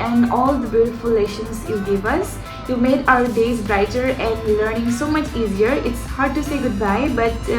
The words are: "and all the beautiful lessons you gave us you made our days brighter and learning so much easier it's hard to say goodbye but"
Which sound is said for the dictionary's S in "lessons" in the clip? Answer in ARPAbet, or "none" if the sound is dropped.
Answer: SH